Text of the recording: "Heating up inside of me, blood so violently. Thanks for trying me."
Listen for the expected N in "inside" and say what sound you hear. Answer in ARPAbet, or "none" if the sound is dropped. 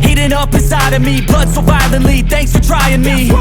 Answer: none